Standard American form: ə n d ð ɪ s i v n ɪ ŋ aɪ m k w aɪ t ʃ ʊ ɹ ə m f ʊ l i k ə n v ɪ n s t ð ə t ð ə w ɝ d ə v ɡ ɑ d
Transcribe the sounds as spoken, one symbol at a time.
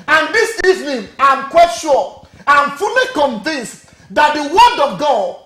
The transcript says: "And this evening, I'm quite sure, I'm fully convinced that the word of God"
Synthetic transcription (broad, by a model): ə n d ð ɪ s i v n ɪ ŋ aɪ m k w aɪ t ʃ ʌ l ə m f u l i k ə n v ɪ n s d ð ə t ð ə w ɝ d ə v ɡ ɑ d